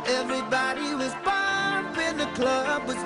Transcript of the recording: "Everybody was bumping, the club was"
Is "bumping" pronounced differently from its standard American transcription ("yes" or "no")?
yes